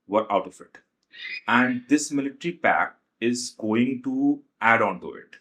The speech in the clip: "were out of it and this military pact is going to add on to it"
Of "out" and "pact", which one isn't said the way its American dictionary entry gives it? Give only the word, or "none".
pact